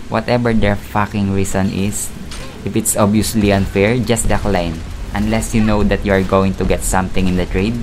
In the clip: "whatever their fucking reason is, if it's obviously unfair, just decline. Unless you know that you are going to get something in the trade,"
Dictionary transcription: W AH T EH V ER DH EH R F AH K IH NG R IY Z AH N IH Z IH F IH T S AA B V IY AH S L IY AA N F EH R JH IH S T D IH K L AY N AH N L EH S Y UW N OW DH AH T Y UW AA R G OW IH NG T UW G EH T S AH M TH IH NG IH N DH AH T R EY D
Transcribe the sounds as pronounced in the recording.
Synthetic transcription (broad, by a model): W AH T EH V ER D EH R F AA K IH NG R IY S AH N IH S IH F IH T S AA B IY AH S L IY AA N F EH R JH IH S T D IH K L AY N AH N L EH S Y UW N OW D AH T Y UW AA R G OW IH NG T UW G EH T S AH M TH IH NG IH N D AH T R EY D